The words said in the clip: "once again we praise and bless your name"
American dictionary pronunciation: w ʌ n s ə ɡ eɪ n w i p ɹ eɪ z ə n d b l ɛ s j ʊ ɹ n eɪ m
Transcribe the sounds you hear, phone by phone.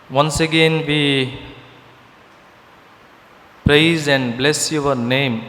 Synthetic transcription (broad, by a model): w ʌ n s ə ɡ eɪ n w i p ɹ eɪ z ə n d b l ɛ s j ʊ w n eɪ m